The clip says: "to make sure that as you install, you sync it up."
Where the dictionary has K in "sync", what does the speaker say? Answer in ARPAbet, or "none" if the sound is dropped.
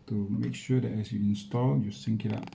K